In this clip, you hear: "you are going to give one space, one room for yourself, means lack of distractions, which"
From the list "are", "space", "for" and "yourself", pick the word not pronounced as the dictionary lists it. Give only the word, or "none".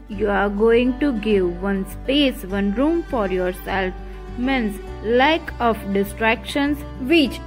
none